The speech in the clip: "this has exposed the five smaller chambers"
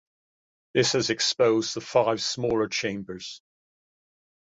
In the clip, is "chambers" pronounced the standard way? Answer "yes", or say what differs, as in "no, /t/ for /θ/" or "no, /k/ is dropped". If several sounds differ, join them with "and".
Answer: yes